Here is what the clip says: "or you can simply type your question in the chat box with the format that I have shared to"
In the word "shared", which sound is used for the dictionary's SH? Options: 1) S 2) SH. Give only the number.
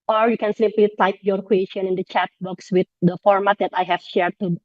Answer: 2